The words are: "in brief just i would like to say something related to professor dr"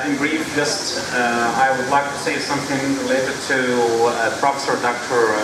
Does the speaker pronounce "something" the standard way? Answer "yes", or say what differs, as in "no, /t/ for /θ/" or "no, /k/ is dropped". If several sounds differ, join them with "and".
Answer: yes